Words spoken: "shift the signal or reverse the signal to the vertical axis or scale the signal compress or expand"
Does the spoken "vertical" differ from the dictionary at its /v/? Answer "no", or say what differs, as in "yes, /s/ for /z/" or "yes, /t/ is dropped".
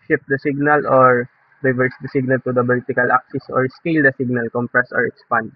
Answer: yes, /b/ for /v/